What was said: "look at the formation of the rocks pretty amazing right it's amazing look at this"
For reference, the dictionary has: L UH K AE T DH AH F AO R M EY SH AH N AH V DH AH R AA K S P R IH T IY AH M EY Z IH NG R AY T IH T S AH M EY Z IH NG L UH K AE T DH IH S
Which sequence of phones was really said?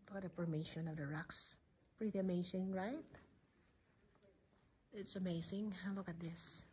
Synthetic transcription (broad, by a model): L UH K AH T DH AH P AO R M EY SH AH N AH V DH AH R AA K S P R IH T IY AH M EY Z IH NG R AY T IH T S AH M EY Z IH NG L UH K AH T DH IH S